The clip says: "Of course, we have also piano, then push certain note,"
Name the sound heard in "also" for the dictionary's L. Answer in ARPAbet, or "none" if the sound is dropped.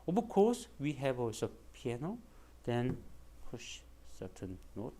none